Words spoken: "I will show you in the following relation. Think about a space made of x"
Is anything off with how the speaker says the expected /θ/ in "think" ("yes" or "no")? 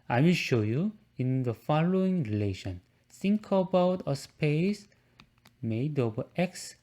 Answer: yes